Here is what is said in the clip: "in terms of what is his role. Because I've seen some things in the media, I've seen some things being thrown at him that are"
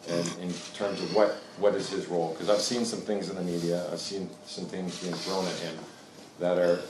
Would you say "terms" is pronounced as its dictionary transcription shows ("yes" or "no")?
yes